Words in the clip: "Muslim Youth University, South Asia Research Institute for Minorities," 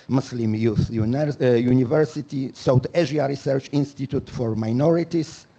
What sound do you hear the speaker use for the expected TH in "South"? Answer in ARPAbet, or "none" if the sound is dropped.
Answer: T